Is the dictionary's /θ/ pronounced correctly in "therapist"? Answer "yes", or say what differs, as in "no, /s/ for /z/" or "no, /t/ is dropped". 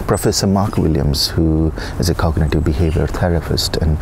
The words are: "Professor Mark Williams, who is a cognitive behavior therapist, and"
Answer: no, /t/ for /θ/